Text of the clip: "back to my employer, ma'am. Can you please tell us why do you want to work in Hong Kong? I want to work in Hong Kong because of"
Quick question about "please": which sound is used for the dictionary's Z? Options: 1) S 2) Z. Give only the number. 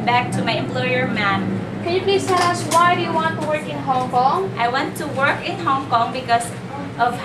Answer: 1